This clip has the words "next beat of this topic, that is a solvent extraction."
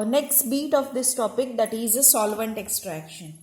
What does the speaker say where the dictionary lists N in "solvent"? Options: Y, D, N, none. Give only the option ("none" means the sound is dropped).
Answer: N